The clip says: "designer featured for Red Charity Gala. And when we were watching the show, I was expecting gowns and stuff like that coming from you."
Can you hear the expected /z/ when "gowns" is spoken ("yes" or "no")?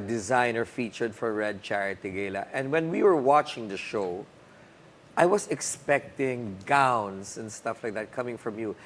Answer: no